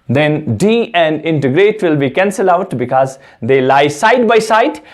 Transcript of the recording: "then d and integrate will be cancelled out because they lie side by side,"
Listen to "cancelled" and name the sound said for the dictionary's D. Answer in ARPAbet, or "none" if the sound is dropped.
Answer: none